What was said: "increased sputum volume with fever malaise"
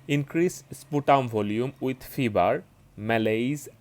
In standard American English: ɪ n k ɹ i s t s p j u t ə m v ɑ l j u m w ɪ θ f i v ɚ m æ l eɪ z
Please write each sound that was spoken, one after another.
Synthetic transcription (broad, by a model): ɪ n k ɹ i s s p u t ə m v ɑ l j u m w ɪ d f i b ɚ m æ l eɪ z